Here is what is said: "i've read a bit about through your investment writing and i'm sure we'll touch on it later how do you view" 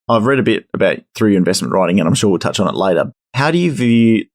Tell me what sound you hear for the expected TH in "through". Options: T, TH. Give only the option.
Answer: TH